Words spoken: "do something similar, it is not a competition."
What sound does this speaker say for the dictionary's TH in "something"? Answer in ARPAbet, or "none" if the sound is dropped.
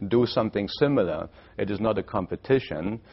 TH